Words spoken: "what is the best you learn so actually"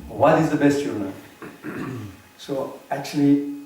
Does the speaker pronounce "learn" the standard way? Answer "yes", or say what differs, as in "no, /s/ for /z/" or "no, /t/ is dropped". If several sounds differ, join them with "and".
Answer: no, /n/ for /l/